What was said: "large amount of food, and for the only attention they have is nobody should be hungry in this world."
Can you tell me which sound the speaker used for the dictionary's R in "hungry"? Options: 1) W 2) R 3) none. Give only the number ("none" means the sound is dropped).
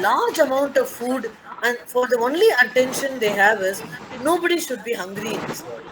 2